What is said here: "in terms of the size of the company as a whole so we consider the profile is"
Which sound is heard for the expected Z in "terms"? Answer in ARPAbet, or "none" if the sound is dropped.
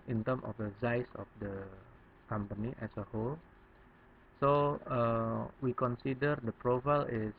none